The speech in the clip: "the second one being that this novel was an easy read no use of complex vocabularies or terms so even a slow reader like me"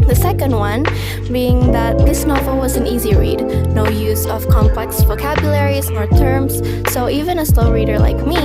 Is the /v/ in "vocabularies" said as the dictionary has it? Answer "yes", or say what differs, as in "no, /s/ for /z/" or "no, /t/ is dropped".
yes